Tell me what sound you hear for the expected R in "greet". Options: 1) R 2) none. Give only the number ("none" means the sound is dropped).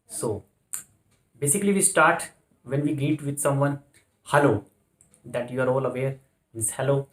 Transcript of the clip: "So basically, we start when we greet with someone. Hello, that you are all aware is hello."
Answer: 2